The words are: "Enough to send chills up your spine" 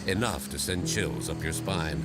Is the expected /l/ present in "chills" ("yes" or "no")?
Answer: yes